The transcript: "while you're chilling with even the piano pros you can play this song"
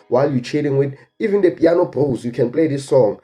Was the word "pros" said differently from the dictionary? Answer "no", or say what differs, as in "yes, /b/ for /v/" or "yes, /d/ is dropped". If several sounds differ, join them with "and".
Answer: yes, /b/ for /p/